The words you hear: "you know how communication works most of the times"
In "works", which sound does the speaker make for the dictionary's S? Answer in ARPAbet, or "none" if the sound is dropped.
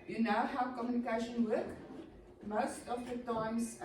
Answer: none